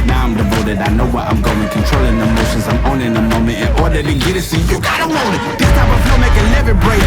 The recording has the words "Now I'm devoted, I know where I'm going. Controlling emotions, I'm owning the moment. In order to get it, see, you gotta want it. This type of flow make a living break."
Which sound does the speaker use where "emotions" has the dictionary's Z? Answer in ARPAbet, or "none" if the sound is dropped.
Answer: Z